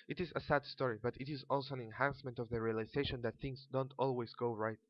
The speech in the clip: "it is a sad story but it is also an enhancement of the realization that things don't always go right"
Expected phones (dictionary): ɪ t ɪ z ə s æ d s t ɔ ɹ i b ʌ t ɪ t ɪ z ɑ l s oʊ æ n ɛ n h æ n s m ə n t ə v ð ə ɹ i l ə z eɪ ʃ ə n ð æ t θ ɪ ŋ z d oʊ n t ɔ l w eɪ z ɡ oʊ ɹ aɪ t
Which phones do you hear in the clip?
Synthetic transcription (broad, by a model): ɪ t ɪ z ə s æ d s t ɔ ɹ i b ʌ t ɪ t ɪ z ɑ l s oʊ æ n ɛ n h æ n s m ə n t ə v ð ə ɹ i l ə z eɪ ʃ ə n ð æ t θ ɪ ŋ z d oʊ n t ɔ l w eɪ z ɡ oʊ ɹ aɪ t